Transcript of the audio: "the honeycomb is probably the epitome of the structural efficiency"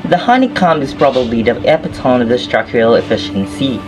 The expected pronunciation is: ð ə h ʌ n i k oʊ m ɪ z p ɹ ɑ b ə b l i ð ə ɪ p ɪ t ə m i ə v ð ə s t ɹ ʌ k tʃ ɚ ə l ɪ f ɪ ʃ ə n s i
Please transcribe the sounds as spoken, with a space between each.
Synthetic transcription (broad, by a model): ð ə h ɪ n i k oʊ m ɪ z p ɹ ɑ b ə b l i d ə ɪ p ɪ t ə i ə v ð ə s t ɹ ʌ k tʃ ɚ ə l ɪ f ɪ ʃ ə n s i